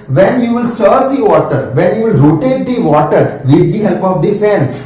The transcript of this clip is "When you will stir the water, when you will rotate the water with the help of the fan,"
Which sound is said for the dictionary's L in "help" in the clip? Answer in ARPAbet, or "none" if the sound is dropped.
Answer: L